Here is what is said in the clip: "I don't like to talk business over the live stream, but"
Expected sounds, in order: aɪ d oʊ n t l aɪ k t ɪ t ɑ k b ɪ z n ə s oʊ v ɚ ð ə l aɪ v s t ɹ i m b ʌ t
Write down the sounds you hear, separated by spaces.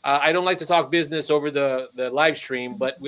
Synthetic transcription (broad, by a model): aɪ d oʊ n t l aɪ k t ɪ t ɑ k b ɪ z n ə s oʊ v ɚ ð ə l aɪ v s t ɹ i m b ʌ t